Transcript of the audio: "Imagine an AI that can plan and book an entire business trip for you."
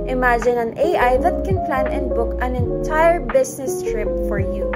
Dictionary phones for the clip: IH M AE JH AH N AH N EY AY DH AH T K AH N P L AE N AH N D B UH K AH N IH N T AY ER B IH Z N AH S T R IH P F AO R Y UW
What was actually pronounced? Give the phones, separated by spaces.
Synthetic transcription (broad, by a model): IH M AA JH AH N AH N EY AY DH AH T K AH N P L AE N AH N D B UH K AH N IH N T AY ER B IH S N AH S T R IH P F AO R Y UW